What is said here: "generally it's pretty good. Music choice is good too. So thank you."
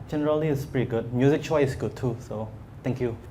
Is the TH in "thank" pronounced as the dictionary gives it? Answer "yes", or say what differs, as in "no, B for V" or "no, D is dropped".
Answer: no, T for TH